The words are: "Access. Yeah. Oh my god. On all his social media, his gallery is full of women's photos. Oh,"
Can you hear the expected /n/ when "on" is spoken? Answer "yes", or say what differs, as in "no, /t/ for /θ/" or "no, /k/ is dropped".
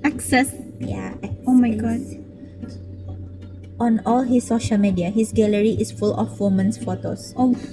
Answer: yes